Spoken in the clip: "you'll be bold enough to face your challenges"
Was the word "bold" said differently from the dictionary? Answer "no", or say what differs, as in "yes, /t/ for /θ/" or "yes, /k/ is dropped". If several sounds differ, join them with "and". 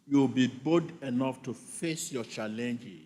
yes, /l/ is dropped